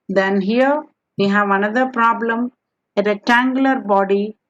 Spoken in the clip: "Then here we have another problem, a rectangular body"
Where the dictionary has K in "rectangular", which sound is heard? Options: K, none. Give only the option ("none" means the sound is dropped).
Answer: none